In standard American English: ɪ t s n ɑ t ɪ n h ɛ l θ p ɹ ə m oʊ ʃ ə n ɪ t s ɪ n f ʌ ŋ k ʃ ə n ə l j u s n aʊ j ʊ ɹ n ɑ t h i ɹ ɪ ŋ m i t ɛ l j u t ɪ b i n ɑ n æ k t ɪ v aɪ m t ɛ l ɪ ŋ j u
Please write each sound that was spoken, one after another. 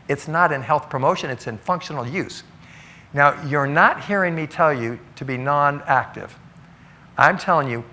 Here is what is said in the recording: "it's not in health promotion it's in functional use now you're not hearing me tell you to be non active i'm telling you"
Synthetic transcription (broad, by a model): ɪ t s n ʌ t ɪ n h ɛ l θ p ɹ ə m oʊ ʃ ə n ɪ t s ɪ n f ʌ ŋ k ʃ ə n l j u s n aʊ j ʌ ɹ n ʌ t h i ɹ ɪ ŋ m i t ɛ l j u t ɪ b i n ɑ n æ k t ɪ v aɪ m t ɛ l ɪ ŋ j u